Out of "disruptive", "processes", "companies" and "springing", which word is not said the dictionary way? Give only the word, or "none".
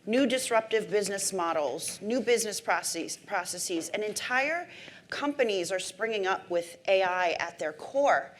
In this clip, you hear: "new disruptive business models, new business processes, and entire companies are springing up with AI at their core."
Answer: none